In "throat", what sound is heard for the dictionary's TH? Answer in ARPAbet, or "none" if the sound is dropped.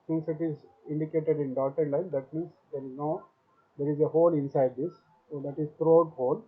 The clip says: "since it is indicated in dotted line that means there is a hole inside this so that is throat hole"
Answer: T